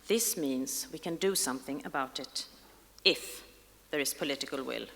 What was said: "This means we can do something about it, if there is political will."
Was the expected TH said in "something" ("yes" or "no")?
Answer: yes